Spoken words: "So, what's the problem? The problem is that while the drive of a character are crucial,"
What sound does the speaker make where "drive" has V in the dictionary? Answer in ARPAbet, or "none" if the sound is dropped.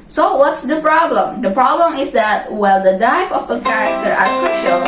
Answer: P